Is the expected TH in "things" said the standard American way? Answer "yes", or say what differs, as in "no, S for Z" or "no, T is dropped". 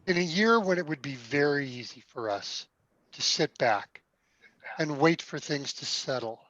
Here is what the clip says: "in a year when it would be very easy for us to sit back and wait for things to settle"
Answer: yes